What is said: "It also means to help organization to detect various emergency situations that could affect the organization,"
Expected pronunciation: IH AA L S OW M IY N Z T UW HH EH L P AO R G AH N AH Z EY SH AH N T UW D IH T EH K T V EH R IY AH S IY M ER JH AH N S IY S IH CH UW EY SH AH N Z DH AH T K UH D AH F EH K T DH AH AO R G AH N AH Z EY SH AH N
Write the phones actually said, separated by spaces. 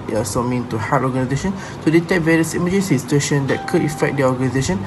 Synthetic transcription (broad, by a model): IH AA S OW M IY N T UW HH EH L AO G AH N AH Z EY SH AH N T UW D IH T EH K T V EH R IY AH S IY M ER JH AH N S IY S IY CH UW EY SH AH N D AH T K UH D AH F EH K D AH AO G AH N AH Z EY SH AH N